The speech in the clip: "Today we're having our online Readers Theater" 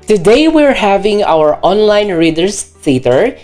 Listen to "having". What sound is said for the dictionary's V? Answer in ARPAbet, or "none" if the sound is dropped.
V